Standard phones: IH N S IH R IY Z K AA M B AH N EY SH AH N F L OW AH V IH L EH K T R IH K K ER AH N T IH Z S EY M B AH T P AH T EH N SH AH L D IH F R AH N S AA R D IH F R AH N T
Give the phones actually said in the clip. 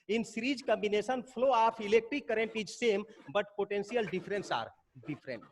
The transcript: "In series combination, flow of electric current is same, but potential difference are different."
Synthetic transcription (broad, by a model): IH N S R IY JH K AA M B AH N EY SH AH N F L OW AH P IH L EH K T IH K K ER AH N T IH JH S EY M B AH T P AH T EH N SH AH L D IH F R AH N S AA R D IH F R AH N T